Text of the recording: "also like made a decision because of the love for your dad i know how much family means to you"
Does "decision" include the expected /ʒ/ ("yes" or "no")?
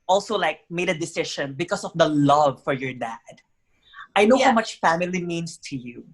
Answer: no